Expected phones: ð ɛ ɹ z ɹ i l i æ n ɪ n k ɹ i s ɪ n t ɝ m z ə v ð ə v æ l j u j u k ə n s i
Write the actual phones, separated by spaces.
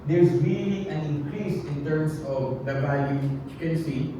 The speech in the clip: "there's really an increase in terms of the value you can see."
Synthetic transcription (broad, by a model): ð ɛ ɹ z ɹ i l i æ n ɪ n k ɹ i s ɪ n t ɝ m s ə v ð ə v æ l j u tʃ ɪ k ə n s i